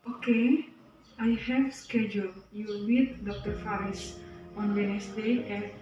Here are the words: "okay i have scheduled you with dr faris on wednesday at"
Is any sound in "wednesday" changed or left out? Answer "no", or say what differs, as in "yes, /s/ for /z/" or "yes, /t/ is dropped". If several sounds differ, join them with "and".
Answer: yes, /s/ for /z/